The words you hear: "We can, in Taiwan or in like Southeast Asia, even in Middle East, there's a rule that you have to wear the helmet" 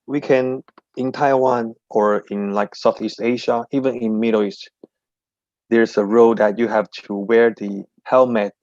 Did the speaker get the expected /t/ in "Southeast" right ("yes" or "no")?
yes